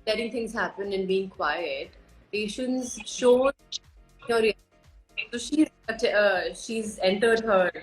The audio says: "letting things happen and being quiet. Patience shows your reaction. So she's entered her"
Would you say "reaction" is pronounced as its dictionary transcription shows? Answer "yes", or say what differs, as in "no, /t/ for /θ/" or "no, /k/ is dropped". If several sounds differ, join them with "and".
no, /k/ is dropped